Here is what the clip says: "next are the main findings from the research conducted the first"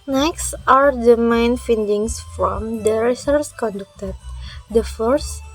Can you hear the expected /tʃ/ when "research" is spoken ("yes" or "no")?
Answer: no